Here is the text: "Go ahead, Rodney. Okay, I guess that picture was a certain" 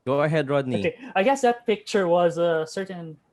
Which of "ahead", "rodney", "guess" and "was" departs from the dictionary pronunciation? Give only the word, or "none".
none